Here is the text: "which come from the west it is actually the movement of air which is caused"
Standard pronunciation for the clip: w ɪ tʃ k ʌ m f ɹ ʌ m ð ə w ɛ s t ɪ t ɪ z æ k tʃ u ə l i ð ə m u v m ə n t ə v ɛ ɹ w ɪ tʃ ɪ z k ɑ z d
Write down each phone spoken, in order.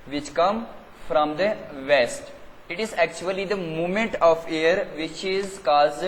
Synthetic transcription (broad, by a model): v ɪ tʃ k ʌ m f ɹ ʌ m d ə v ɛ s t ɪ t ɪ z æ k tʃ u ə l i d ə m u m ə n t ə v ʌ ɹ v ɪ tʃ ɪ z k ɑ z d